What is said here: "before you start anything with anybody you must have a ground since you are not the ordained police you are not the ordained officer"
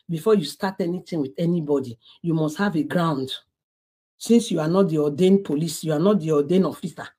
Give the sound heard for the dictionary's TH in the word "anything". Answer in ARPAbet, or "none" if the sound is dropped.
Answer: T